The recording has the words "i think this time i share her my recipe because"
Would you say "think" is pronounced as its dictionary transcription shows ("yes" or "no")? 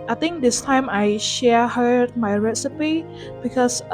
no